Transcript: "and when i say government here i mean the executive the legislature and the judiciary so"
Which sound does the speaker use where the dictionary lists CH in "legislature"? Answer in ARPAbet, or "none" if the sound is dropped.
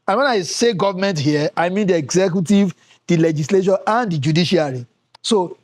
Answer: SH